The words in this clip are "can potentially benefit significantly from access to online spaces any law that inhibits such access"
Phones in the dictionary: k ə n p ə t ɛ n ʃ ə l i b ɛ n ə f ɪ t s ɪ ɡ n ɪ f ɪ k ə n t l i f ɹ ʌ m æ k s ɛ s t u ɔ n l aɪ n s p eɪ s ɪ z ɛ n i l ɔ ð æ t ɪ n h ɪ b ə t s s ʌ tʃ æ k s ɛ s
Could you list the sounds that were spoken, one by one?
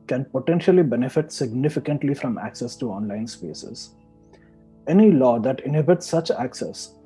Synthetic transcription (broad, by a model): k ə n p ə t ɛ n ʃ ə l i b ɛ n ə f ɪ t s ɪ ɡ n ɪ f ɪ k ə n t l i f ɹ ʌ m æ k s ɛ s t u ɔ n l aɪ n s p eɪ s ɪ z ɛ n i l ɔ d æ t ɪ n h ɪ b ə t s s ʌ tʃ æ k s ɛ s